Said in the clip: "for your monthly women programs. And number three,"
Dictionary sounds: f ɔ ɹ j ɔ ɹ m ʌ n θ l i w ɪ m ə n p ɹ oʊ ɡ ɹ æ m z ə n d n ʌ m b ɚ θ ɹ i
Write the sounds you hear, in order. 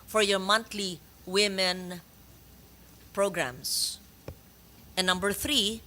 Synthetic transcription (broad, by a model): f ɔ ɹ j ɔ ɹ m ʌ n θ l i w ɪ m ə n p ɹ oʊ ɡ ɹ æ m s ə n n ʌ m b ɚ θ ɹ i